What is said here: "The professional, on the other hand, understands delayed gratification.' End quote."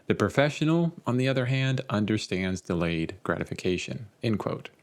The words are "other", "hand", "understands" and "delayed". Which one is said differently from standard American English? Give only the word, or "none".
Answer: none